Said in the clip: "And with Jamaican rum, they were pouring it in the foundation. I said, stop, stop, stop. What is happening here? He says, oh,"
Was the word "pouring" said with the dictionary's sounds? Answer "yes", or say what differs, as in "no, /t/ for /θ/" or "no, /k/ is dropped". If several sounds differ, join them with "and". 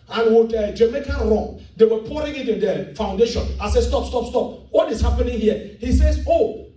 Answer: yes